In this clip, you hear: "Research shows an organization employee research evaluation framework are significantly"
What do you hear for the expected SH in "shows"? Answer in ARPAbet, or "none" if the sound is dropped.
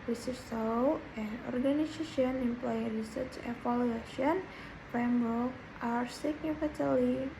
S